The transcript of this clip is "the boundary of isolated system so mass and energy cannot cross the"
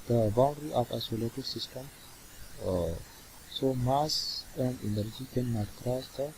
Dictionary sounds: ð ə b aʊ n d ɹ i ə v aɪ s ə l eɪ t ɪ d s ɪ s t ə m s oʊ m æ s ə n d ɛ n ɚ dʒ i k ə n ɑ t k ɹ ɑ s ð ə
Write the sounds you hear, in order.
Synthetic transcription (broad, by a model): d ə b aʊ n d ɹ i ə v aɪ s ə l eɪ t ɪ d s ɪ s t ə m s oʊ m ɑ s ə n d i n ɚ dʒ i k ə n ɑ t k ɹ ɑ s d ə